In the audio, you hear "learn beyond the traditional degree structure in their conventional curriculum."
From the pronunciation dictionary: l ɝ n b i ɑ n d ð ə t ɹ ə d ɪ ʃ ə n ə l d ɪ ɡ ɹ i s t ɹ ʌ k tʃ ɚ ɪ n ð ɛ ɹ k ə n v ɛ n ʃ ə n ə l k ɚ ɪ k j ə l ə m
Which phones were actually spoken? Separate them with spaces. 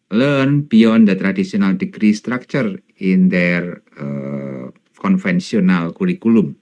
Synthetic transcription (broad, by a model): l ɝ n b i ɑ n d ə t ɹ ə d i s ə n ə l d ɪ ɡ ɹ i s t ɹ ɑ k tʃ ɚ ɪ n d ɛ ɹ k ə n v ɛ n s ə n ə l k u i k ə l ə m